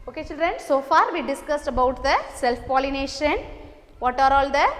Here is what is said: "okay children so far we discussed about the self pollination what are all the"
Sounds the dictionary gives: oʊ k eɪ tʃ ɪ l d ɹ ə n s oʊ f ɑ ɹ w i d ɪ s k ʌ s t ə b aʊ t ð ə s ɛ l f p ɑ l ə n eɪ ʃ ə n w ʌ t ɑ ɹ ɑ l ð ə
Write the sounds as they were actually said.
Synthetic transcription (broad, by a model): oʊ k eɪ tʃ ɪ l d ɹ ə n s oʊ f ɑ ɹ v i d ɪ s k ʌ s t ə b aʊ t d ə s ɛ l f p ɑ l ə n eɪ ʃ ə n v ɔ t ɑ ɹ ɑ l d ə